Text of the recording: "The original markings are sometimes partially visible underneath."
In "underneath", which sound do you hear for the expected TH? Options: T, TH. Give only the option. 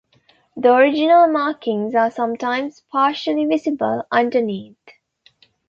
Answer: T